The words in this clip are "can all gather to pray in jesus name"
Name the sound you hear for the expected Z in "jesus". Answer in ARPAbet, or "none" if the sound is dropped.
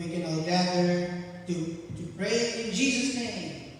Z